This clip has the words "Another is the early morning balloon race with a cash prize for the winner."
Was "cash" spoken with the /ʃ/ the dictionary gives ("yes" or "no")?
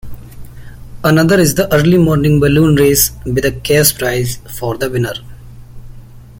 no